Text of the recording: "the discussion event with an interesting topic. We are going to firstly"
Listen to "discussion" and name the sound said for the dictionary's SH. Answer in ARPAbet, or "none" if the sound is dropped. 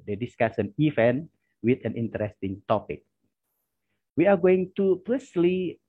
S